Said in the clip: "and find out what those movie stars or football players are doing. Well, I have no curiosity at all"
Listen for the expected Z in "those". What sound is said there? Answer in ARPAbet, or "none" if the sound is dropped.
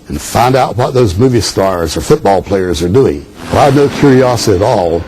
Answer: Z